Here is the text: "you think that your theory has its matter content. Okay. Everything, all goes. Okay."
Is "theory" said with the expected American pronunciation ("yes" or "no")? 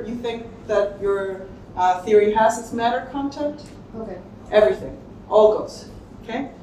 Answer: yes